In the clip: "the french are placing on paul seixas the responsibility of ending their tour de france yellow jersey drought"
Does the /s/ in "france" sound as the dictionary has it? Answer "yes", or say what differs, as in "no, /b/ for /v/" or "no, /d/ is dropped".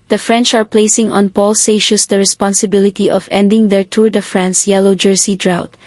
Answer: yes